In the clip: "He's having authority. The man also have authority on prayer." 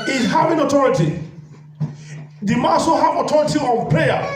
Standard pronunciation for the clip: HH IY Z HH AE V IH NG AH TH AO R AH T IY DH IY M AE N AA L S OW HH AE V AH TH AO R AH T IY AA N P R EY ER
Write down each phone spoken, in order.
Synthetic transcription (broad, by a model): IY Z HH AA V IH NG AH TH AO R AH T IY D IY M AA S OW HH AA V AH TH AO R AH T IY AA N P R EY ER